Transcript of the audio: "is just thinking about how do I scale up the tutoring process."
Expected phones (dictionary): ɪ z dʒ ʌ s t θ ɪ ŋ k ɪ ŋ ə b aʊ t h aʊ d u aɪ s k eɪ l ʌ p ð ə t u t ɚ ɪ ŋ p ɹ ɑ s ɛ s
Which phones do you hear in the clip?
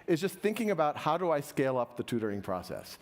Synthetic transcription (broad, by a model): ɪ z dʒ ʌ s t θ ɪ ŋ k ɪ ŋ ə b aʊ t h aʊ d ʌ aɪ s k eɪ l ʌ p ð ə t u t ɚ ɪ ŋ p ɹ ɑ s ɛ s